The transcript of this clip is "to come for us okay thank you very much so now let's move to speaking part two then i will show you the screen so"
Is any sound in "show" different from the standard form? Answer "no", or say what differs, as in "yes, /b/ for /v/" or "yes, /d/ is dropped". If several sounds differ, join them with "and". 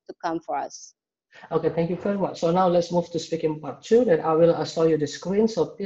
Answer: yes, /s/ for /ʃ/